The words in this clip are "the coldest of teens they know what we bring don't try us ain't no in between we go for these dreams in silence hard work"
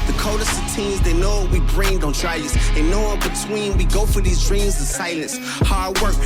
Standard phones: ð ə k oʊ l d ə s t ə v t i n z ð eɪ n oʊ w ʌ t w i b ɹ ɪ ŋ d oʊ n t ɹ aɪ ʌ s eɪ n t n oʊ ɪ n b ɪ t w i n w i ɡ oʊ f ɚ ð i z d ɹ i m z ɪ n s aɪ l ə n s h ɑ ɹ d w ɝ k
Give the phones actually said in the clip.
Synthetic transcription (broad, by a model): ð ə k oʊ d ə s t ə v t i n z ð eɪ n oʊ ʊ w i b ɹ ɪ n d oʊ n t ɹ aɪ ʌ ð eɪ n n oʊ ɪ n b ɪ t w i n w i ɡ oʊ f ɚ ð i z d ɹ i m z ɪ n s aɪ l ə n s h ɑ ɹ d w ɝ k